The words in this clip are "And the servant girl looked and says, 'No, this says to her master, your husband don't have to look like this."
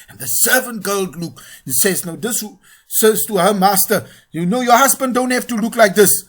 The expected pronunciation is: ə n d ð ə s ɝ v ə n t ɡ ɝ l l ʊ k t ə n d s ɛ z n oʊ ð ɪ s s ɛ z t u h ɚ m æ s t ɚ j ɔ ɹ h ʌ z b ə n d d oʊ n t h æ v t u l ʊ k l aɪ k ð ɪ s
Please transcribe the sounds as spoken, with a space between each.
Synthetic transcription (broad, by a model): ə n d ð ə s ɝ v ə n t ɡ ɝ l l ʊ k ə n s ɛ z n oʊ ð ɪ s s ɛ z t u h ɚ m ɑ s t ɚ j ɔ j h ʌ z b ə n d d oʊ n t h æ f t u l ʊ k l aɪ k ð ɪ s